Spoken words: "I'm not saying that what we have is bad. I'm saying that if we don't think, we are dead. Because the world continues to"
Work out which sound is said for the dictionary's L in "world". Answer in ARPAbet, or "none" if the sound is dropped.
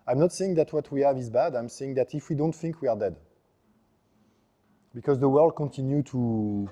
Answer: L